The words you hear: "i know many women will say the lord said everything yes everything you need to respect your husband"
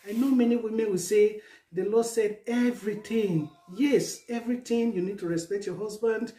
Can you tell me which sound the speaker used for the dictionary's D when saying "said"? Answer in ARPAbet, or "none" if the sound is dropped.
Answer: D